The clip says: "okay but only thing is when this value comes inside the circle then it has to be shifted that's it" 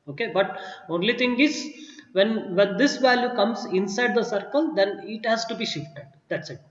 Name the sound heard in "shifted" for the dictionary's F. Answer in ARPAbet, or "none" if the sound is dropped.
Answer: F